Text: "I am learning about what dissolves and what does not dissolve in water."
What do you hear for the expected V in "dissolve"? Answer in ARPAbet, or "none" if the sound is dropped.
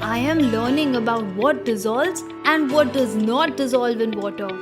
V